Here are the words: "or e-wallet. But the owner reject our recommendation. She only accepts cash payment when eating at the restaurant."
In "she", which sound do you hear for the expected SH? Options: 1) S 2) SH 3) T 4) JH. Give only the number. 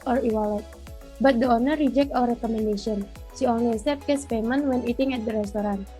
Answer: 1